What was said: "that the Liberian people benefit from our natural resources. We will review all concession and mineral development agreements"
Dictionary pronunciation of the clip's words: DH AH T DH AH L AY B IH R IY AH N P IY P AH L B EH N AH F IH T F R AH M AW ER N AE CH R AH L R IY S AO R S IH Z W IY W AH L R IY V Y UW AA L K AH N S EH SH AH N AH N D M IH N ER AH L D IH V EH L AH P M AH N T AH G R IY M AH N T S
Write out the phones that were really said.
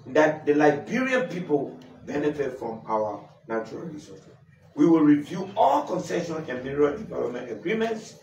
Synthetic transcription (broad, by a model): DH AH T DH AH L AY B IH R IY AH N P IY P AH L B EH N AH F IH T F R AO M AW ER N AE CH R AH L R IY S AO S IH W IY W AH L R IY V Y UW AA L K AH N S EH SH AH N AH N M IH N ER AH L D IH V EH L AH P M AH N T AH G R IY M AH N T S